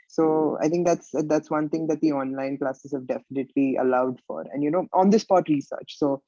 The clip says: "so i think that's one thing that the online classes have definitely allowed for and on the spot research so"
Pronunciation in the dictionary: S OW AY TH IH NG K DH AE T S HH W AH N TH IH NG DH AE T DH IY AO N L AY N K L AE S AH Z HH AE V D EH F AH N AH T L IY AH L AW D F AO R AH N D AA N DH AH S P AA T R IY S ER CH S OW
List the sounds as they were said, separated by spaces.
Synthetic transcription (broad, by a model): S OW AY T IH NG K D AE T S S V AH N T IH NG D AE T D IY AO N L AY N K L AE S AH Z HH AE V D EH F AH N AH T L IY AH L AW D F AO R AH N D AA N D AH S P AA T R IY S ER CH S OW